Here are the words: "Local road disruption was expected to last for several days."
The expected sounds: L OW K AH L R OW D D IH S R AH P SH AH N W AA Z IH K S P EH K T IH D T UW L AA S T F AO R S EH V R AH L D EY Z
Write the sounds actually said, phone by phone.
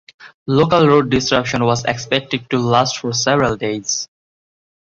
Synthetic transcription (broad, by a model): L OW K AH L R OW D D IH S R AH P SH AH N W AA Z IH K S P EH K T IH D T UW L AA S T F AO R S EH V R AH L D EY Z